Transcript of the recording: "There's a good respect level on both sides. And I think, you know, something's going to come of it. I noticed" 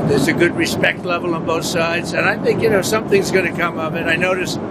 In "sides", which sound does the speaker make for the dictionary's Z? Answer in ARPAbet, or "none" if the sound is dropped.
Z